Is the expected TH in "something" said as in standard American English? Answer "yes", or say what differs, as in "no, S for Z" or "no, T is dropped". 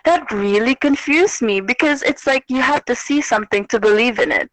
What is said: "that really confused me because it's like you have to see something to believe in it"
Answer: yes